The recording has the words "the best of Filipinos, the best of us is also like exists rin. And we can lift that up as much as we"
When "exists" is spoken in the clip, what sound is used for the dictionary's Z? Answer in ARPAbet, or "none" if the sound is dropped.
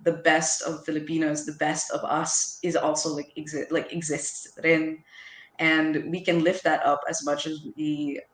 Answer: Z